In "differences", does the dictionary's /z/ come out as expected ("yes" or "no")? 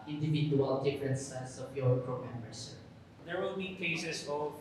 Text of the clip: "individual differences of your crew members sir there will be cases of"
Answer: no